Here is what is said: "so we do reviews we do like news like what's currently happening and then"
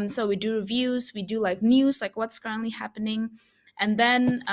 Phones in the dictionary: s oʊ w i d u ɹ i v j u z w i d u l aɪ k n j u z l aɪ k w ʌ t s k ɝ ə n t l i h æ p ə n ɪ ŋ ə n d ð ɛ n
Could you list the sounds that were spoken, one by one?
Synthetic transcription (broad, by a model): s oʊ w i d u ɹ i v j u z w i d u l aɪ k n j u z l aɪ k w ʌ t s k ɝ ə n t l i h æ p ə n ɪ ŋ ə n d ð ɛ n